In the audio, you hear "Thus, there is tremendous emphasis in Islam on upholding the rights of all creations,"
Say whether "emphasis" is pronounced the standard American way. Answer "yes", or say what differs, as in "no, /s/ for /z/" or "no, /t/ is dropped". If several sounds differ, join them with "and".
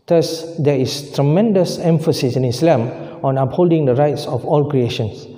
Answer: yes